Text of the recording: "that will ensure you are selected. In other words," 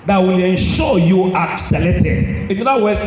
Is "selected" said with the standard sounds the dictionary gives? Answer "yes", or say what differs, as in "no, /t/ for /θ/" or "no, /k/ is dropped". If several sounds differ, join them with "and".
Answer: no, /k/ is dropped